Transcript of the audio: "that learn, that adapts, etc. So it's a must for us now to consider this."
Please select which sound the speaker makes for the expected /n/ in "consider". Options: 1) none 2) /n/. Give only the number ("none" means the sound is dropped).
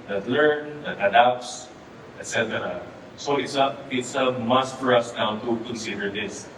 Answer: 2